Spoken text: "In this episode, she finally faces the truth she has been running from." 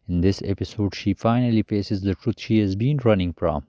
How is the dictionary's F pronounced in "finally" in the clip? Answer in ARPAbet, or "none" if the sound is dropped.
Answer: F